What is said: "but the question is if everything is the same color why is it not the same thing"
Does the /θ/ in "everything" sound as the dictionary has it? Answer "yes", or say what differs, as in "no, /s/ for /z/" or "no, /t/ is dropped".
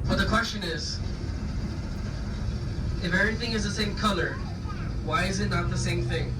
yes